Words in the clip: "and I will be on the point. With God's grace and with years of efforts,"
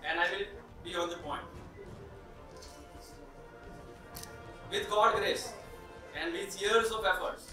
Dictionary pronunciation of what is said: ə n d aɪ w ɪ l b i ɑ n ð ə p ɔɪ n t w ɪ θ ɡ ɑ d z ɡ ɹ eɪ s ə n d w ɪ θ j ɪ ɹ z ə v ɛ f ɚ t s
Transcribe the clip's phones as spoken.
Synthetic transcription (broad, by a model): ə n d aɪ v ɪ l b i ɑ n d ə p ɔɪ n t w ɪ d ɡ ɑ d ɡ ɹ eɪ s ə n d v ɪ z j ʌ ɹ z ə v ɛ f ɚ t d